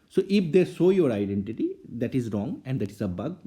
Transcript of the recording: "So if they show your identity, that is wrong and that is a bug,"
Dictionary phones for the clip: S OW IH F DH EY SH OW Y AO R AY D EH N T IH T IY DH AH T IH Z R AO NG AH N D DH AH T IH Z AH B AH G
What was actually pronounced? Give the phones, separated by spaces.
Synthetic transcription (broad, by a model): S OW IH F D EY S OW Y AO R AY D EH N T IH T IY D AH T IH Z R AO NG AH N D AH T IH Z AH B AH G